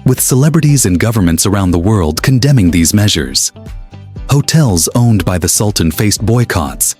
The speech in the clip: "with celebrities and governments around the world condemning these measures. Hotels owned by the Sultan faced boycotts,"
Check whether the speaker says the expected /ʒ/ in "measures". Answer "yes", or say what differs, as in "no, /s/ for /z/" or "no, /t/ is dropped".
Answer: yes